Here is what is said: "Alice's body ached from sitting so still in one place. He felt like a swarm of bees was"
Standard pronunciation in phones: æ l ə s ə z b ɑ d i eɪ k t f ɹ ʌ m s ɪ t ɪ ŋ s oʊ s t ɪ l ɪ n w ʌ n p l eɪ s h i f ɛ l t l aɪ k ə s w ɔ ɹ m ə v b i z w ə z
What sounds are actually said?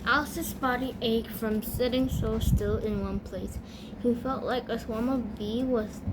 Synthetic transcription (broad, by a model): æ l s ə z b ɑ d i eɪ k f ɹ ʌ m s ɪ t ɪ ŋ s oʊ s t ɪ l ɪ n w ʌ n p l eɪ s h i f ɛ l t l aɪ k ə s w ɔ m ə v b i w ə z